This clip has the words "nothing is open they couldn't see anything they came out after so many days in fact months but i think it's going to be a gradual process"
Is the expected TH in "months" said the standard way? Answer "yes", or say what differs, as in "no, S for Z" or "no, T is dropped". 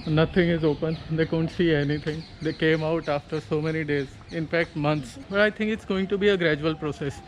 no, T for TH